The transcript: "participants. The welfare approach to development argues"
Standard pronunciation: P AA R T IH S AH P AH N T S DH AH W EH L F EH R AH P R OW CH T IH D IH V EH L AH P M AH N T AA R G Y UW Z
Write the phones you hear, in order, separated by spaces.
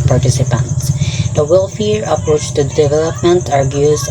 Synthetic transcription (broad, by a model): P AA R T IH S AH P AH N T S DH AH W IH L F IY R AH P W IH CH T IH D IH V EH L AH P M AH N T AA R G Y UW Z